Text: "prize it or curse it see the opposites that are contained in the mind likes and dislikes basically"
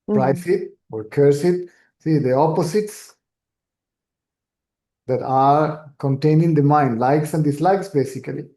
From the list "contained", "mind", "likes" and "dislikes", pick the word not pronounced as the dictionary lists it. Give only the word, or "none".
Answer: contained